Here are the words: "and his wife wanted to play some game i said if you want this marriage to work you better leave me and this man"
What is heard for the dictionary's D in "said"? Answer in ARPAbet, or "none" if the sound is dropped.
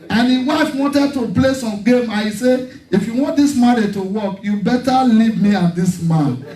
none